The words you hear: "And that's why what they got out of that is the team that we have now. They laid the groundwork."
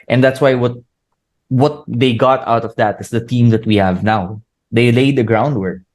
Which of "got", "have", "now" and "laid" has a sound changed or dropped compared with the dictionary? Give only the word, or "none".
none